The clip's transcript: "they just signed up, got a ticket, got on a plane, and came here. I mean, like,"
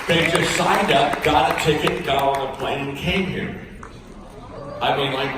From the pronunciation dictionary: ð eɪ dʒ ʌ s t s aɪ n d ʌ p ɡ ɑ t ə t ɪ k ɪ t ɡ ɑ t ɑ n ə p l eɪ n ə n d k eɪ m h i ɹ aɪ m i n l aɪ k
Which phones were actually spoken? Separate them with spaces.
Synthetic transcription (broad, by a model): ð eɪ dʒ ʌ s t s aɪ n d ʌ p ɡ ɑ t ə t ɪ k ɪ t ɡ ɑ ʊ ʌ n ə p l eɪ n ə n k eɪ m h i ɹ aɪ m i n l aɪ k